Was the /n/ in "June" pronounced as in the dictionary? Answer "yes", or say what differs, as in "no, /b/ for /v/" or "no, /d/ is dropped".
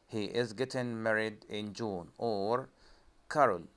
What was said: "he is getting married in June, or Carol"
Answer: yes